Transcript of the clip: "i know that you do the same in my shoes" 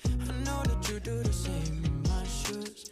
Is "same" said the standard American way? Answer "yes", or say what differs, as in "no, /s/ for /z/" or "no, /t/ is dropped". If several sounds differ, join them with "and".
no, /m/ is dropped